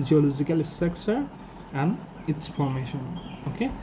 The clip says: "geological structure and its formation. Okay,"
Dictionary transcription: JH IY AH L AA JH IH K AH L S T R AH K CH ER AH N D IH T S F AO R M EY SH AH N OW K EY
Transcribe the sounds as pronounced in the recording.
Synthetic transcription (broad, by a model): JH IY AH L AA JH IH K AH L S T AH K S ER AH N D IH T S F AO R M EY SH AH N OW K EY